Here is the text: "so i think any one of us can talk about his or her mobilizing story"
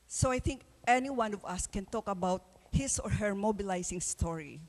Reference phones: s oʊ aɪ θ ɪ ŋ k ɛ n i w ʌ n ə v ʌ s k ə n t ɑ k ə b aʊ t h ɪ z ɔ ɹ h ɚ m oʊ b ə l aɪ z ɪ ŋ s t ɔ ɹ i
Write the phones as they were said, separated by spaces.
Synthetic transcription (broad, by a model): s oʊ aɪ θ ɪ ŋ k ɛ n i w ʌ n ə v ʌ s k ə n t ɑ k ə b aʊ t h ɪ s ɔ ɹ h ɚ m oʊ b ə l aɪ s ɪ ŋ s t ɔ ɹ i